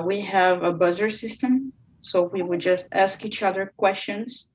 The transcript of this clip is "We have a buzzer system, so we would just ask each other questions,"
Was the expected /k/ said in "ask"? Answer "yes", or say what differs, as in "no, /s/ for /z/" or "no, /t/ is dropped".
yes